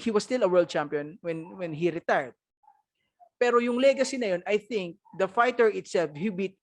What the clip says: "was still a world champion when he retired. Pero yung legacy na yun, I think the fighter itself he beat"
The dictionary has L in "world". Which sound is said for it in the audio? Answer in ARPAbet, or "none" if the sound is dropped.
L